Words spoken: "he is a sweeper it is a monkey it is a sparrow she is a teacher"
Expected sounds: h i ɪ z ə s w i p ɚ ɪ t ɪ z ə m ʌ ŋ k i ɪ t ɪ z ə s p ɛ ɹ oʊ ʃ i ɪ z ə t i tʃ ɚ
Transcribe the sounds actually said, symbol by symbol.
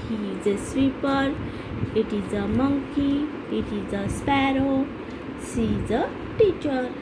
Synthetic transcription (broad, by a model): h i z ə s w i p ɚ ɪ t ɪ z ə m ʌ ŋ k i ɪ t ɪ z ə s p ɛ ɹ oʊ s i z ə t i tʃ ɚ